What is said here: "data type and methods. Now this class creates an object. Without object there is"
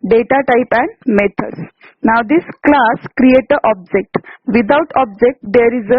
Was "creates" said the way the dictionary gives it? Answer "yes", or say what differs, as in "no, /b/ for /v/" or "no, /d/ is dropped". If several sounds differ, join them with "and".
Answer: no, /s/ is dropped